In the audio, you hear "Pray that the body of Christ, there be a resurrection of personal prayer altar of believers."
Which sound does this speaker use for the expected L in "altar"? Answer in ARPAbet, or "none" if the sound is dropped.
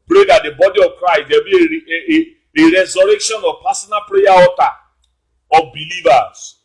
none